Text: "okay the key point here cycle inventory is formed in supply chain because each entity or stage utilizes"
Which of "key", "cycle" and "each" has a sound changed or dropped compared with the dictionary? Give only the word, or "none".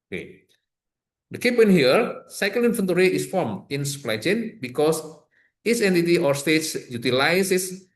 each